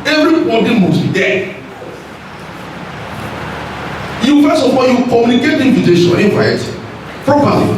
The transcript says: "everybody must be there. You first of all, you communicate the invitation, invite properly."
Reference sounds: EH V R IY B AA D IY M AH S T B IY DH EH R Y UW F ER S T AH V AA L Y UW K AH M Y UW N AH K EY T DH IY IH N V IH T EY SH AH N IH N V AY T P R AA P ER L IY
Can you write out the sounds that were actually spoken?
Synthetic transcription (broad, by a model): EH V R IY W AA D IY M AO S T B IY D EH Y UW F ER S AH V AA Y UW K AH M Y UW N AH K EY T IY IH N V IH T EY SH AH IH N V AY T P R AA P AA L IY